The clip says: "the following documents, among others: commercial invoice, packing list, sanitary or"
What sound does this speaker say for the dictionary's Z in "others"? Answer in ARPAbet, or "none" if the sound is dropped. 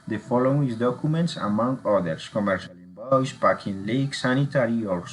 S